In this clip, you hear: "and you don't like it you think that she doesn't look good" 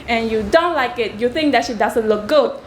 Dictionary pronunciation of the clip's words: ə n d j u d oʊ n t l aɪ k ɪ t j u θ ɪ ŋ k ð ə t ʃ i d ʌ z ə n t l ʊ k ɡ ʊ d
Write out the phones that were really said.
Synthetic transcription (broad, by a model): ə n j u d oʊ n t l aɪ k ɪ t j u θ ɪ ŋ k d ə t ʃ i d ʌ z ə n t l ʊ k ɡ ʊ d